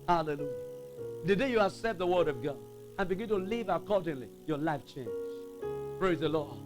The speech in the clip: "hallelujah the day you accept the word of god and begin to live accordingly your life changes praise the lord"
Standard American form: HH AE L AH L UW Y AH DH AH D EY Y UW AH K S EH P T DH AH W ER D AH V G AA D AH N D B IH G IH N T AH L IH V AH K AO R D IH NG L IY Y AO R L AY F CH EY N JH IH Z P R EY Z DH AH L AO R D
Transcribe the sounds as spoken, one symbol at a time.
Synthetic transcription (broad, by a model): HH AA L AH L UW Y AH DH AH D EY Y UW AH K S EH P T DH AH W ER D AH V G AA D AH N B IH G IH N T AH L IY V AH K AO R D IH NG L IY Y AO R L AY F CH EY N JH P R EY Z DH AH L AO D